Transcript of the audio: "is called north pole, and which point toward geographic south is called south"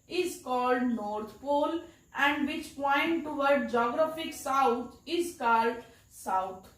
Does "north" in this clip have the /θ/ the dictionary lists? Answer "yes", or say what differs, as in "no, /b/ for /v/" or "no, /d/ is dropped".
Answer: no, /t/ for /θ/